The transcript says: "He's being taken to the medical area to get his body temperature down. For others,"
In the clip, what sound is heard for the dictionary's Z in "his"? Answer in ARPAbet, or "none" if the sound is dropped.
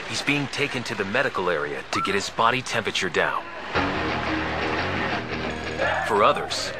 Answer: Z